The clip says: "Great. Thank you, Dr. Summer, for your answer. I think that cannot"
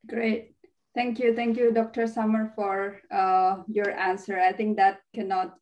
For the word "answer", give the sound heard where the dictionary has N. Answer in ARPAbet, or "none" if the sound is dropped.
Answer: N